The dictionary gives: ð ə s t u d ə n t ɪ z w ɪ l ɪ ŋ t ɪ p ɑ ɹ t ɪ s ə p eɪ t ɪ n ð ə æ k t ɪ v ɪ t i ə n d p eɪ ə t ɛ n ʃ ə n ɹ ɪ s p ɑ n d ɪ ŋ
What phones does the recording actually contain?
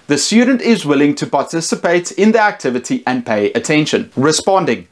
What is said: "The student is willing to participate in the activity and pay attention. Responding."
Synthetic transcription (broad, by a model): ð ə s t u d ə n t ɪ z w ɪ l ɪ ŋ t ɪ p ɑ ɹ t ɪ s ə p eɪ t ɪ n ð ə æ k t ɪ v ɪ t i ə n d p eɪ ə t ɛ n ʃ ə n ɹ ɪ s p ɑ n d ɪ ŋ